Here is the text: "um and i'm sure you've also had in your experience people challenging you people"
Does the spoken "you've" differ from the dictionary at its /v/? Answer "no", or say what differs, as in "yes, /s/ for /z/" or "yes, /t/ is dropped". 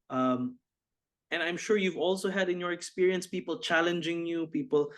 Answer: no